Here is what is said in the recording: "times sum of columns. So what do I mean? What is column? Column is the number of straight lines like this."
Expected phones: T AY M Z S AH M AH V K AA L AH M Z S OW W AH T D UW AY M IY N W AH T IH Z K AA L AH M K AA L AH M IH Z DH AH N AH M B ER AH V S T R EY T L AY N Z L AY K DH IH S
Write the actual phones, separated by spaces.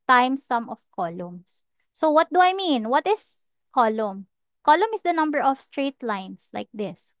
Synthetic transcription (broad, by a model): T AY M S AH M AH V K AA L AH M S OW W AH T D UW AY M IY N W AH T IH S K AA L AH M K AA L AH M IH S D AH N AH M B ER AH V S T R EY T L AY N S L AY K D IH S